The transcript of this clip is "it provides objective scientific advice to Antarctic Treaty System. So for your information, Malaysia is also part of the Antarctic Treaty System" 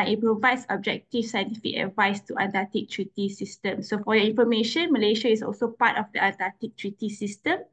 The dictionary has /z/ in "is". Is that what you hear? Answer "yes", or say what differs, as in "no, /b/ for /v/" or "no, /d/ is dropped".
no, /s/ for /z/